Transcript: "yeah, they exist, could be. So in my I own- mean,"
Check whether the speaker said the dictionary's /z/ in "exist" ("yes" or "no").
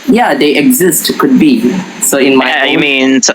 yes